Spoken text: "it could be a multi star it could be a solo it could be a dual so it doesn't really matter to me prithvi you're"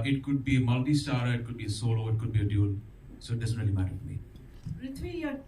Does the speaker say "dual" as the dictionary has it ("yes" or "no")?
no